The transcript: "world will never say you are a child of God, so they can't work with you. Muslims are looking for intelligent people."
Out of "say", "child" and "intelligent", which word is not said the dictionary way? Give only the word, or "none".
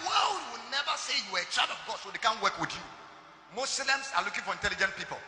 child